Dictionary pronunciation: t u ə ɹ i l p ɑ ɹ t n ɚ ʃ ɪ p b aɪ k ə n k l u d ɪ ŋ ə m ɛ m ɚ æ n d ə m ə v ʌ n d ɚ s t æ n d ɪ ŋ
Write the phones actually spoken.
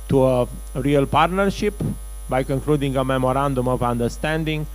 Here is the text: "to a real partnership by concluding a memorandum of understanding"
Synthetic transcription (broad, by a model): t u ə ɹ i l p ɑ ɹ t n ɚ ʃ ɪ p b aɪ k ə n k l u d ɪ ŋ ə m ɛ m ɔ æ n d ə m ə v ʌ n d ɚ s t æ n d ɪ ŋ